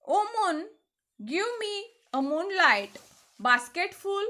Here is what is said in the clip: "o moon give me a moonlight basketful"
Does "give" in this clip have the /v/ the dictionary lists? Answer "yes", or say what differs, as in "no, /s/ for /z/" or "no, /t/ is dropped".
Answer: no, /w/ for /v/